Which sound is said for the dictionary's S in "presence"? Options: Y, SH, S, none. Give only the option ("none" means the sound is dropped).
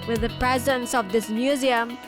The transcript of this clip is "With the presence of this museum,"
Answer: S